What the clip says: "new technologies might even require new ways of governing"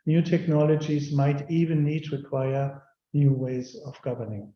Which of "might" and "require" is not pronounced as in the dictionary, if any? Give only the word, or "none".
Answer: none